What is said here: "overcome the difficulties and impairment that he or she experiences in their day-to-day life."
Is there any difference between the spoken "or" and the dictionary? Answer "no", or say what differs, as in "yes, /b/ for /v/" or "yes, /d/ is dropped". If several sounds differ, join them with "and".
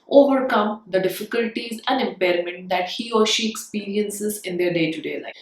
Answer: no